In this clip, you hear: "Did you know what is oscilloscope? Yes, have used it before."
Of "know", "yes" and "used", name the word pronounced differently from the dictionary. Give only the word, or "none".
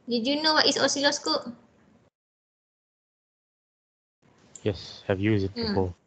used